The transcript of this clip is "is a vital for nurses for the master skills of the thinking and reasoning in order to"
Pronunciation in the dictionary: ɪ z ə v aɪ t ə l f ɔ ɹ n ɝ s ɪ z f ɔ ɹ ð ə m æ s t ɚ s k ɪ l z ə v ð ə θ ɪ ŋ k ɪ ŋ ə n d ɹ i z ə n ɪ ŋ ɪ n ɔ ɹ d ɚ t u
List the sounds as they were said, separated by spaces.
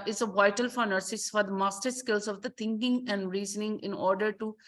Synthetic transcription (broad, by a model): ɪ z ə v aɪ t ə l f ɔ ɹ n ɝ s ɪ s f ɔ ɹ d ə m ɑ s t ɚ s k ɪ l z ə v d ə t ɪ ŋ k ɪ ŋ ə n d ɹ i z ə n ɪ ŋ ɪ n ɔ ɹ d ɚ t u